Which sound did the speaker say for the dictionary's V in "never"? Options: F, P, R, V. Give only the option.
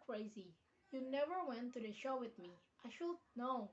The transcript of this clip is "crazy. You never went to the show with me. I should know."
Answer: V